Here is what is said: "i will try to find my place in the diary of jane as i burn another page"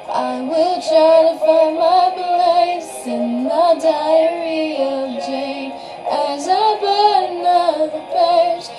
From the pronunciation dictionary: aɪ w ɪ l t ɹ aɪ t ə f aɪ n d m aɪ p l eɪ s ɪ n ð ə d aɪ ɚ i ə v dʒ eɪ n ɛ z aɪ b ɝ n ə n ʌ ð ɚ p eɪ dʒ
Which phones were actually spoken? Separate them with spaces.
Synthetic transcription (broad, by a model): aɪ w ɪ l t ɹ aɪ t ə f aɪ m aɪ p l eɪ s ɪ n ð ə d aɪ ɚ i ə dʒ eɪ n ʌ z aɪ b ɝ n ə ʌ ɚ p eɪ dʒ